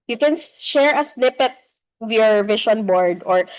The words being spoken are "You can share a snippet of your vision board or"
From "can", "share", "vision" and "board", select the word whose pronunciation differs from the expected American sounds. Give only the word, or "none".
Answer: vision